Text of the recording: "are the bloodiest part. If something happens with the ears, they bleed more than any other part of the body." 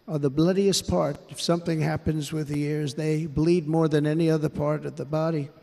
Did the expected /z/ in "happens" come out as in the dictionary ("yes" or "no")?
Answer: yes